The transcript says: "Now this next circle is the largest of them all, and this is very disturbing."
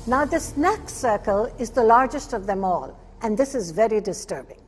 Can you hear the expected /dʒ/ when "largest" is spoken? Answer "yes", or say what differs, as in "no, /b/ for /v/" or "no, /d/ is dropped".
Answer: yes